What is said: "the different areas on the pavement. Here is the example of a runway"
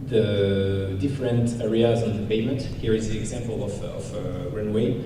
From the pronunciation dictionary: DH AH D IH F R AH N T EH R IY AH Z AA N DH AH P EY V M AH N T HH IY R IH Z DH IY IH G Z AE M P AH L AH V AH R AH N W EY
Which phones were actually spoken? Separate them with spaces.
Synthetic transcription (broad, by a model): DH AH D IH F R AH N T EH R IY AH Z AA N DH AH P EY M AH N T HH IY R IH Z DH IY IH G Z AE M P AH L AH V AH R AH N W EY